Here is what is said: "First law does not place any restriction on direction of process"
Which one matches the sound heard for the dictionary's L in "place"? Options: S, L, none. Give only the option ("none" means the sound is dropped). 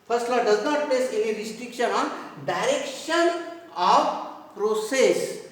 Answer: none